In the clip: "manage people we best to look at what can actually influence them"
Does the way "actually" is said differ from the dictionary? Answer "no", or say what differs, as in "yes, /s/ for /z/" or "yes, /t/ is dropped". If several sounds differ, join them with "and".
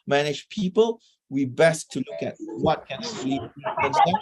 yes, /l/ is dropped